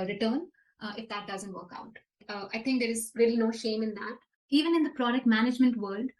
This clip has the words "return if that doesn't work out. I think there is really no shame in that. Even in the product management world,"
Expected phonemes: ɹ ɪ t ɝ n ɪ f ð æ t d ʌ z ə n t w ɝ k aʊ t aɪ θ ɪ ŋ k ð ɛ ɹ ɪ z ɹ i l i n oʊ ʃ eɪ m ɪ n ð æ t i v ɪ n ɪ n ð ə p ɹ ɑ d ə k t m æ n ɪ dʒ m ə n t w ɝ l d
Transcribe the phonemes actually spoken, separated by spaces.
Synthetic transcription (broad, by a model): ɹ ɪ t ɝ n ɪ f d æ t d ʌ z ə n t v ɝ k aʊ t aɪ t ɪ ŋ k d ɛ ɹ ɪ z ɹ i l i n oʊ ʃ eɪ m ɪ n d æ t i v ɪ n ɪ n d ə p ɹ ɑ d ə k t m æ n ɪ dʒ m ə n t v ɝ l d